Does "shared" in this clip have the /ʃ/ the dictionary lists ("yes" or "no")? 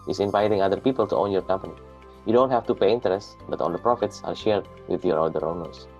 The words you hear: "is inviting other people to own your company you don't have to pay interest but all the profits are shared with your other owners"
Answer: yes